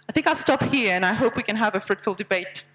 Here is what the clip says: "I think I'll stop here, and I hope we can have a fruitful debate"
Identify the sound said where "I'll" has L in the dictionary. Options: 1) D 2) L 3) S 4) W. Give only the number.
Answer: 2